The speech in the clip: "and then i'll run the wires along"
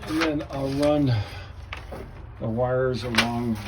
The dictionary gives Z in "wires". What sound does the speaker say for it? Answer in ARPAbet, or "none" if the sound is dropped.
Z